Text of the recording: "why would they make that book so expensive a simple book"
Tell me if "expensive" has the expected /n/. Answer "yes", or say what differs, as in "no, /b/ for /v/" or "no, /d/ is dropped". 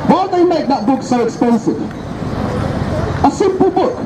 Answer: yes